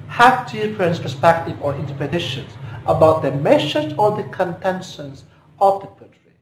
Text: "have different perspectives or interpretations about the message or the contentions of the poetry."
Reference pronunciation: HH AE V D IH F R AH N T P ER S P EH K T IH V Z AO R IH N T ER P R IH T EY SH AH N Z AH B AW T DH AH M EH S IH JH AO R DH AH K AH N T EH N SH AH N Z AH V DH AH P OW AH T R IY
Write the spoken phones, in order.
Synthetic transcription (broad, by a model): HH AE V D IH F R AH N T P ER S P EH K T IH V AO R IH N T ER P IH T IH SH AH N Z AH B AW T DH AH M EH SH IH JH AO R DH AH K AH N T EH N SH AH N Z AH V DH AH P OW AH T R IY